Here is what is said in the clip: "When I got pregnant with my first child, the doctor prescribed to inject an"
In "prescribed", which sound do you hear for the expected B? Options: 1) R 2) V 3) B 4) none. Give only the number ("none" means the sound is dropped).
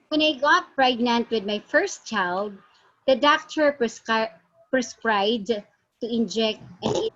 4